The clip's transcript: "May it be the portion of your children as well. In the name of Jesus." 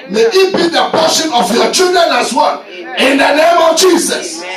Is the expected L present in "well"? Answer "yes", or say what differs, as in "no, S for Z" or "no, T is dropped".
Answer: no, N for L